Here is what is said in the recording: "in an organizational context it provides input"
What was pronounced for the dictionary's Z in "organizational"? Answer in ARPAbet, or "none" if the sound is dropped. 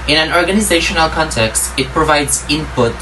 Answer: Z